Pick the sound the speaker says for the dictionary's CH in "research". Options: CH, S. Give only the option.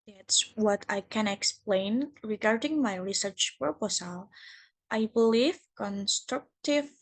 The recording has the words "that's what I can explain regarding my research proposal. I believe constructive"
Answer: CH